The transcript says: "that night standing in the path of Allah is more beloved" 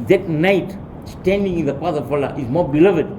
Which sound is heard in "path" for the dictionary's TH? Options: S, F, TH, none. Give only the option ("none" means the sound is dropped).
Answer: S